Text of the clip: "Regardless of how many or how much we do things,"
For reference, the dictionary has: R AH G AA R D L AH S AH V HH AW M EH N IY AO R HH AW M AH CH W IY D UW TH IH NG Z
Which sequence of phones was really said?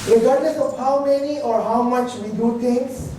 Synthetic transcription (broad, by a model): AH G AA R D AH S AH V HH AW M EH N IY AO R HH AW M AH CH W IY D UW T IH NG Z